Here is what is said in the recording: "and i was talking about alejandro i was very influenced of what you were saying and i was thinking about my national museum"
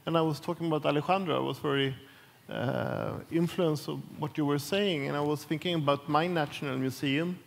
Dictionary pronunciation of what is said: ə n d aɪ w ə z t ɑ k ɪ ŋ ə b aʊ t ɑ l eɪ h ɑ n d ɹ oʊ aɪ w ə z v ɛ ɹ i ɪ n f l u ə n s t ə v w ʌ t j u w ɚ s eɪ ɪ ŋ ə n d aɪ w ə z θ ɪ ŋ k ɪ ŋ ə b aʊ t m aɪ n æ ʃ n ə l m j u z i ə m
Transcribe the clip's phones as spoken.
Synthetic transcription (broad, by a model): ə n aɪ w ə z t ɑ k ɪ ŋ ə b aʊ t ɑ l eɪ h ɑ n d ɹ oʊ aɪ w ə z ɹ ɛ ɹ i ɪ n f l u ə n s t ə v w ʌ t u w ɚ s eɪ ɪ ŋ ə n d aɪ w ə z θ ɪ ŋ k ɪ ŋ ə b aʊ t m aɪ n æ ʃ n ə l m j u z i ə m